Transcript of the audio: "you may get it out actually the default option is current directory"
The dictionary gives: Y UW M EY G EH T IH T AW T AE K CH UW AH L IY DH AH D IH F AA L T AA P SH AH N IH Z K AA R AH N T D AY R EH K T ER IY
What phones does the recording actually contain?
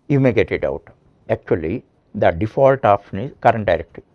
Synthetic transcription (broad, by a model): Y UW M EY G EH T IH T AW T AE K CH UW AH L IY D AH D IH F AA L T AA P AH N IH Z K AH R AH N T D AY R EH K T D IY